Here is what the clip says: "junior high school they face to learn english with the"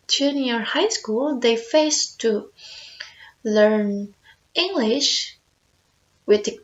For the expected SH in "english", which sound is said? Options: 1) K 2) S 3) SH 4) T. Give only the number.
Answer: 3